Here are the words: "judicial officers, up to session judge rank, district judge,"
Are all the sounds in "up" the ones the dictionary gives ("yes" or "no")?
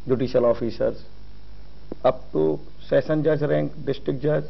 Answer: no